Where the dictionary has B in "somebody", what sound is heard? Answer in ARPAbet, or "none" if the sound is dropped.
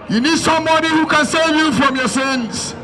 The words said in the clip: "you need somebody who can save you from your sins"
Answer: none